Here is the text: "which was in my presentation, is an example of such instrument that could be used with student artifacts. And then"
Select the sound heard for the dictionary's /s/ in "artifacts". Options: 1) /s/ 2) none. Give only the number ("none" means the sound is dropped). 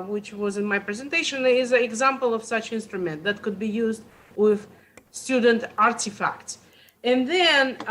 1